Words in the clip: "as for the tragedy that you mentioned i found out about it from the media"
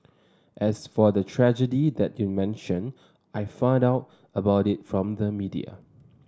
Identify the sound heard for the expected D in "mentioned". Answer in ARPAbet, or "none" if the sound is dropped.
none